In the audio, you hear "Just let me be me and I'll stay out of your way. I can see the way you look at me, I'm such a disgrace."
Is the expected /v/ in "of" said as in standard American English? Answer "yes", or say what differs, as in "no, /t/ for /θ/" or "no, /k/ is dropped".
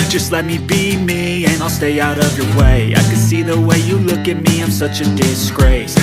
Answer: yes